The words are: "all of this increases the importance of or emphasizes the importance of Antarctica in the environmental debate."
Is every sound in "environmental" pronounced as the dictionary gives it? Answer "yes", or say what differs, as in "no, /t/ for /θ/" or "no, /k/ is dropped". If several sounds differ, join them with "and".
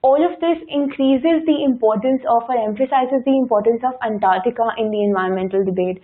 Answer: no, /ɹ/ is dropped